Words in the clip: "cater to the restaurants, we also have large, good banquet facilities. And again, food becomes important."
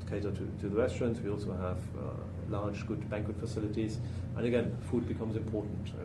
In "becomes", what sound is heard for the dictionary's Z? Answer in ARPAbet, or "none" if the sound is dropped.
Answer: Z